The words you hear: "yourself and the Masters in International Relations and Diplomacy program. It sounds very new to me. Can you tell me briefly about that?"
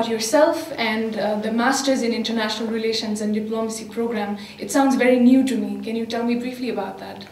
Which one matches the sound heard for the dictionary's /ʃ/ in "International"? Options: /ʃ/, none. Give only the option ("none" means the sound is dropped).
/ʃ/